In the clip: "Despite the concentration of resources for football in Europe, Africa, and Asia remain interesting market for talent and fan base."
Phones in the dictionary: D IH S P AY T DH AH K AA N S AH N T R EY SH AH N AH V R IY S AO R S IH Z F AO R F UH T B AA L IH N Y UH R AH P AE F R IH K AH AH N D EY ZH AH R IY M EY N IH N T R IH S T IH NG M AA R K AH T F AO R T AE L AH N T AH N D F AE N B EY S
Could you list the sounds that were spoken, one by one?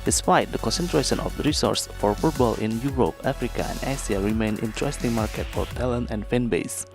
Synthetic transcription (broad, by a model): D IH S P AY T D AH K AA N S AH N T R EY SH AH N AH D R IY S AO R S F AO R F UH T B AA L IH N Y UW R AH P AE F R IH K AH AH N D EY S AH R IY M EY N IH N T R IH S T IH NG M AA R K AH T F AO R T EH L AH N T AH N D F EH N B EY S